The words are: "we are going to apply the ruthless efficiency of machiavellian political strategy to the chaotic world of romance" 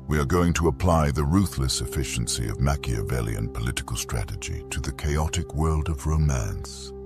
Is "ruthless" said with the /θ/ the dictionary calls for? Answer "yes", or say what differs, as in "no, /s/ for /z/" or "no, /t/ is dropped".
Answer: yes